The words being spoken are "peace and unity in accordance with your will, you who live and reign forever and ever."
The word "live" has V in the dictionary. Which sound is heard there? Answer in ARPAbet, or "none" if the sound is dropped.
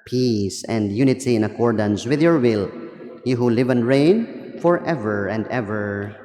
V